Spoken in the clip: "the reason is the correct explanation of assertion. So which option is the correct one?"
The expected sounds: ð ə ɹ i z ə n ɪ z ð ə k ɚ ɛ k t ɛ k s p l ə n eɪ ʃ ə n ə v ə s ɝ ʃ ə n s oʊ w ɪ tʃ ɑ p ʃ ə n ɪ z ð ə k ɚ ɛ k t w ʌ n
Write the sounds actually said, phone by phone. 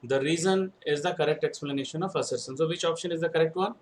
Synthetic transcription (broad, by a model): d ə ɹ i z ə n ɪ z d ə k ɚ ɛ k t ɛ k s p l ə n eɪ ʃ ə n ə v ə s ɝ s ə n s oʊ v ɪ tʃ ɑ p ʃ ə n ɪ z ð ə k ɚ ɛ k t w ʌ n